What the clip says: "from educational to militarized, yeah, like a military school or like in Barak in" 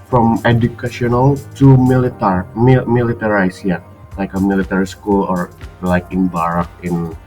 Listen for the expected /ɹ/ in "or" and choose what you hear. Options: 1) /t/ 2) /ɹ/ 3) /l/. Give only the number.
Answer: 2